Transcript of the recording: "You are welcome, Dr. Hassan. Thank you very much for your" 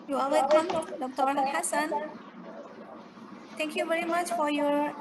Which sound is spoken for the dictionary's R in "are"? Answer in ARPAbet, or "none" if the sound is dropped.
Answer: L